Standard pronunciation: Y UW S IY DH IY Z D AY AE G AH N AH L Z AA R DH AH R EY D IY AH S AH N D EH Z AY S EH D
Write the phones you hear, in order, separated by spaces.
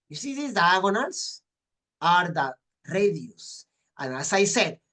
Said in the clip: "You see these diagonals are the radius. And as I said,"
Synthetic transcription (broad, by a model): Y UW S IY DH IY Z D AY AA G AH N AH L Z AA R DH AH R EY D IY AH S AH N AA S AY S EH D